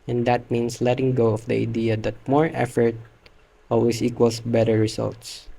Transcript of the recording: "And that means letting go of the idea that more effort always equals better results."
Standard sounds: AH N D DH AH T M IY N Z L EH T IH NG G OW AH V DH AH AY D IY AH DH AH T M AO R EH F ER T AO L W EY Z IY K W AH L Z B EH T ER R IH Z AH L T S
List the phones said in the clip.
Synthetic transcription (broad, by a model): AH N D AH T M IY N S L EH T IH NG G OW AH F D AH AY D IY AH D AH T M AO R EH F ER T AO L W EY S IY K W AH L S B EH T ER R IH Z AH L T S